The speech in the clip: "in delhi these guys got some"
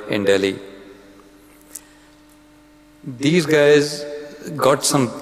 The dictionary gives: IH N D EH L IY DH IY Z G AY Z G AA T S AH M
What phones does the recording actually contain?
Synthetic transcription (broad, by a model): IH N D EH L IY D IY Z G AY Z G AA T S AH M